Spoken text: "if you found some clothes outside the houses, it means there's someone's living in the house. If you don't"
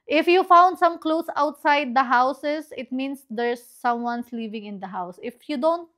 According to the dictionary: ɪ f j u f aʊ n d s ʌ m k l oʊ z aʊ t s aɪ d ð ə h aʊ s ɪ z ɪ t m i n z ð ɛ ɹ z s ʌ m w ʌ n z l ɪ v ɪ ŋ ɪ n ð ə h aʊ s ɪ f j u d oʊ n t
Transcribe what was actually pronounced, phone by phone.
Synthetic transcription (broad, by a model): ɪ f j u f aʊ n d s ʌ m k l oʊ s aʊ t s aɪ d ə h aʊ s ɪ s ɪ t m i n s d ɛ ɹ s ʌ m w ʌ n s l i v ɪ ŋ ɪ n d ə h aʊ s ɪ f j u d oʊ n t